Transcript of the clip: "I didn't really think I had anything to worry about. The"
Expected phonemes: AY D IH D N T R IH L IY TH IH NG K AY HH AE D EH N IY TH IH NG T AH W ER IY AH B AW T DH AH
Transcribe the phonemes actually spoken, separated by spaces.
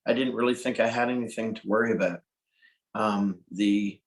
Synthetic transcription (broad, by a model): AY D IH D N T R IH L IY TH IH NG K AY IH D EH N IY TH IH NG T AH W ER IY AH B AW T DH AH